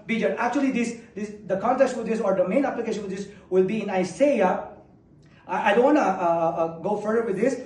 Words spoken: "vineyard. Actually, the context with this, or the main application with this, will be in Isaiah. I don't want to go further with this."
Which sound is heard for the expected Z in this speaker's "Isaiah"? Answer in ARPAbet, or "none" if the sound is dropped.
S